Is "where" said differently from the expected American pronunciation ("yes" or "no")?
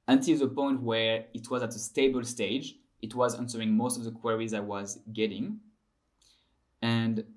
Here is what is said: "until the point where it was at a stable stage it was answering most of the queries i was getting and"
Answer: no